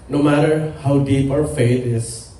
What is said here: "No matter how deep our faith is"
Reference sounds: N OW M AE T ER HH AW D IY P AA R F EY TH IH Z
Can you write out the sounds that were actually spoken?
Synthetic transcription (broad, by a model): N OW M AE T ER HH AW D IY P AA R F EY T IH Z